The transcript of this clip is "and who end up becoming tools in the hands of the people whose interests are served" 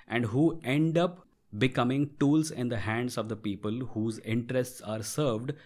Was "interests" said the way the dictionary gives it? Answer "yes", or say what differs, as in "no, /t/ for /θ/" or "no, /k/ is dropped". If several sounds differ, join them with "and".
yes